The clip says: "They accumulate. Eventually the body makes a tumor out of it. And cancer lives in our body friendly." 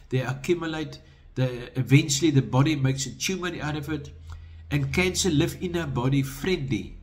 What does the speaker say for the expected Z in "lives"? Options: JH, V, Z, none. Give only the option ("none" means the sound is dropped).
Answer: none